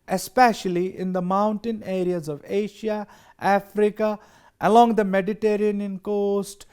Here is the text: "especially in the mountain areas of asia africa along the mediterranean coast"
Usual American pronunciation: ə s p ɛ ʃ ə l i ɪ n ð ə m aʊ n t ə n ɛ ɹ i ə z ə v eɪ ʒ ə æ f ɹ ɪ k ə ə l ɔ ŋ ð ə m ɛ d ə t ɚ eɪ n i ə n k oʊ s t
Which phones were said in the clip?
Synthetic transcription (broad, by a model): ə s p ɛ ʃ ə l i ɪ n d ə m aʊ n t ə n ɛ ɹ i ə z ə v eɪ ʃ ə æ f ɹ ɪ k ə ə l ɔ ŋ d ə m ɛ d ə t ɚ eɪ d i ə n k oʊ s t